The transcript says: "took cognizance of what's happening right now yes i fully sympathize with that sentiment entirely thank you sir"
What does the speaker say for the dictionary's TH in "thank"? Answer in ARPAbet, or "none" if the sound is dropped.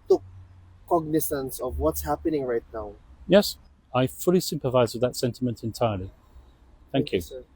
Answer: TH